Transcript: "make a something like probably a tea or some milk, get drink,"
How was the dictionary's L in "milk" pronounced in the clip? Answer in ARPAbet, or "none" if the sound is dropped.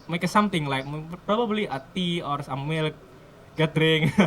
L